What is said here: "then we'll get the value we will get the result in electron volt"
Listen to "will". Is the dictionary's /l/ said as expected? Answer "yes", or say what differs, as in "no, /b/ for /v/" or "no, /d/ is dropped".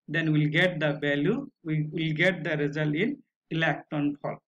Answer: yes